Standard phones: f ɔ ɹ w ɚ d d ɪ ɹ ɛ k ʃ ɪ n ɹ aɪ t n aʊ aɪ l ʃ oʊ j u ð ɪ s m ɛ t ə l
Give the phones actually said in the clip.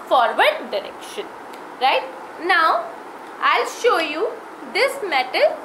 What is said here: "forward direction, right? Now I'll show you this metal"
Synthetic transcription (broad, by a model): f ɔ ɹ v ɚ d d ɪ ɹ ɛ k ʃ ɪ n ɹ aɪ t n aʊ aɪ l ʃ oʊ j u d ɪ s m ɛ t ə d